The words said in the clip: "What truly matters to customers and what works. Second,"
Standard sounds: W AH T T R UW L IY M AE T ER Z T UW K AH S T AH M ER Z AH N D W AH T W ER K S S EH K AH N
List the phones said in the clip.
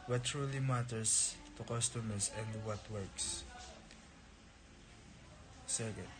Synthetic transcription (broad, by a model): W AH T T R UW L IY M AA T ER S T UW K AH S T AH M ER S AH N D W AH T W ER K S S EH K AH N